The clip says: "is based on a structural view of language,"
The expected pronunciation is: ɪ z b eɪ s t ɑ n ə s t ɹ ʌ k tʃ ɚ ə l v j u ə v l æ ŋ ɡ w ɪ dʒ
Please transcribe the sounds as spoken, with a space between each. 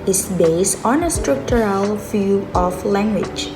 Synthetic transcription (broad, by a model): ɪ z b eɪ s t ɑ n ə s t ɹ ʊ k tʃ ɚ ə l f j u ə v l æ ŋ ɡ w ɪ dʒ